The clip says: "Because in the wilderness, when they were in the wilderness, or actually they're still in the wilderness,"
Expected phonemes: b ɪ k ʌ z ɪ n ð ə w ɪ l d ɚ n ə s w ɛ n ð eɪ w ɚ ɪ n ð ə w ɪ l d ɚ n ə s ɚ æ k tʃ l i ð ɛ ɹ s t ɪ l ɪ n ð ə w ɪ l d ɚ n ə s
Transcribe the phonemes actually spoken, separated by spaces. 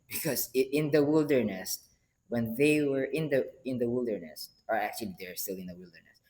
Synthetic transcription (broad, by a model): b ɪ k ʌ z ɪ n ð ə w ɪ l d ɚ n ə s w ɛ n ð eɪ w ɚ ɪ n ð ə w ɪ l d ɚ n ə s ɚ æ k tʃ l i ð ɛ ɹ s t ɪ l ɪ n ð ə w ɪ l d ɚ n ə s